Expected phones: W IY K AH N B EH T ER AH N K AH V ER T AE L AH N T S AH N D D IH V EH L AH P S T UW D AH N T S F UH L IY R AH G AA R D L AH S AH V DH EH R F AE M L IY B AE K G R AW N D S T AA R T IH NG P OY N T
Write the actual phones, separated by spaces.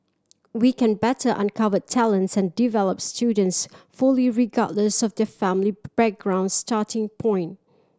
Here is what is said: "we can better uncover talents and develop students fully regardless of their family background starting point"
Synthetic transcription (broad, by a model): W IY K AH N B EH T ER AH N K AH V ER T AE L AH N T S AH N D D IH V EH L AH P S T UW D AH N T S F UH L IY R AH G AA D L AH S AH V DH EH F AE M L IY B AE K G R AW N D S T AA T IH NG P OY N T